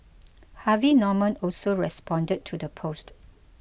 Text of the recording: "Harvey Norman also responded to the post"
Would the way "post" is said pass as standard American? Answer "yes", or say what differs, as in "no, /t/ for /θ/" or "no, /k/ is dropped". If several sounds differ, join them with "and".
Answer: yes